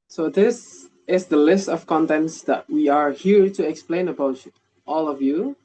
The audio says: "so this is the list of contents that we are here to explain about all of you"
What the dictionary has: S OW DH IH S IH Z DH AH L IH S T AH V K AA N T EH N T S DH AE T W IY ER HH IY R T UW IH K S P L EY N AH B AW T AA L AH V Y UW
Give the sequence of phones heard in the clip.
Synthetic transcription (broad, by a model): S OW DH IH S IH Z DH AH L IH S T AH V K AA N T EH N T S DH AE T W IY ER HH IY R T UW IH K S P L EY N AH B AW T AA L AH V Y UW